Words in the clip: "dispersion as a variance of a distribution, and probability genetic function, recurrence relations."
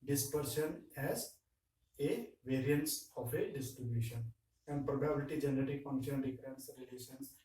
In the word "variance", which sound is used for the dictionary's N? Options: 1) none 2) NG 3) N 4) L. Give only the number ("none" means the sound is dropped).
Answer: 3